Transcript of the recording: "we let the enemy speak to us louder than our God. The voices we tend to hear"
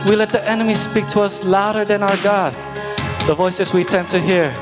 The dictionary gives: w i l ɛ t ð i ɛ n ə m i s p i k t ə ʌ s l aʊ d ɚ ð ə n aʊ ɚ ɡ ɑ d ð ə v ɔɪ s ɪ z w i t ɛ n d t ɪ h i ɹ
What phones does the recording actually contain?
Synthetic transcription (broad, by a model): w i l ɛ t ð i ɛ n ə m i s p i k t ə ʌ s l aʊ d ɚ ð ə n aʊ ɚ ɡ ɑ d ð ə v ɔɪ s ɪ z w i t ɛ n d t ɪ h i ɹ